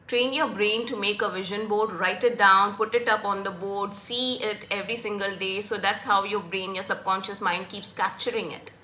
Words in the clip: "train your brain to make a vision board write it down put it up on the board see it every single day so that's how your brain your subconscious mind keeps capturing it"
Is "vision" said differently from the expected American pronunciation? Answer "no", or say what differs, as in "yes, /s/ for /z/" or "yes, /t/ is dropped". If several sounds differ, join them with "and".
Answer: no